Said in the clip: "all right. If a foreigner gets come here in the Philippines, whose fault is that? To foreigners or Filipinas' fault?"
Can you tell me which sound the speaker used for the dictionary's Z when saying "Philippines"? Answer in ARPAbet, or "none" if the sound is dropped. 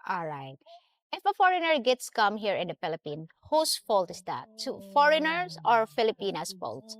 none